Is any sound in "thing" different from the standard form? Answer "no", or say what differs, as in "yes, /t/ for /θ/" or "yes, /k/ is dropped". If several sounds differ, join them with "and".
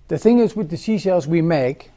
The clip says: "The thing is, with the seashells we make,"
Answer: no